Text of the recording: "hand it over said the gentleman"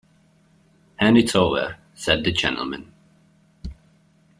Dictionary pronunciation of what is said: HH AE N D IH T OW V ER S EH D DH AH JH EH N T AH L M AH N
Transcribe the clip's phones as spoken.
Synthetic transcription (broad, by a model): HH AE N IH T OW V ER S EH D DH AH JH EH N T L M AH N